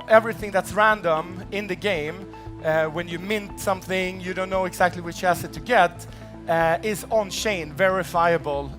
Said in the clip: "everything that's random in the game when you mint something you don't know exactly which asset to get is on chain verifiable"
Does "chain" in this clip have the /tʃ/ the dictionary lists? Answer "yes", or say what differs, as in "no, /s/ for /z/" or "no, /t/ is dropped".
no, /ʃ/ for /tʃ/